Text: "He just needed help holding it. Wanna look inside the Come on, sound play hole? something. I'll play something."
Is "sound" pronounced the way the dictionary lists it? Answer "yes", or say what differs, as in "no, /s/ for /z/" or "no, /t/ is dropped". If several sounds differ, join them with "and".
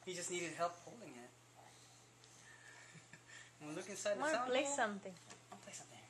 no, /n/ is dropped